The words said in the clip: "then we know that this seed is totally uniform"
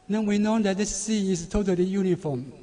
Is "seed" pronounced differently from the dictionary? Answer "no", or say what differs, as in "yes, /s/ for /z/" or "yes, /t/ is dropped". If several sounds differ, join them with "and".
yes, /d/ is dropped